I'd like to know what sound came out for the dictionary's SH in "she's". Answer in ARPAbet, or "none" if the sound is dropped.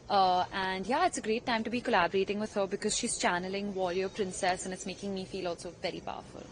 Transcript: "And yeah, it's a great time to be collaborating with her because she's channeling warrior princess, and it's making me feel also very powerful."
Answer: SH